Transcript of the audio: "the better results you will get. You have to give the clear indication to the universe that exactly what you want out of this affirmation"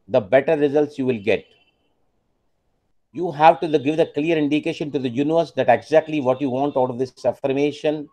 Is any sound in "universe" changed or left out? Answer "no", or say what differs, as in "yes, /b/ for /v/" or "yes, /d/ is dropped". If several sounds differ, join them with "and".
no